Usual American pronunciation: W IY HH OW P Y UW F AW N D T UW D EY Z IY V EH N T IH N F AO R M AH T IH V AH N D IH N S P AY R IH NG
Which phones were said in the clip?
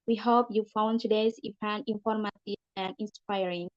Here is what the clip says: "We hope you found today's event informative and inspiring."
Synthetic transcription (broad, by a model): W IY HH OW P Y UW F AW N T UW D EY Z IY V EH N IH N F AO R M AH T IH AH N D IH N S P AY R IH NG